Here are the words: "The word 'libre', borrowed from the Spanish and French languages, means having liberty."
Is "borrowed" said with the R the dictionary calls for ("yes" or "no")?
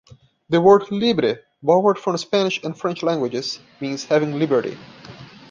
no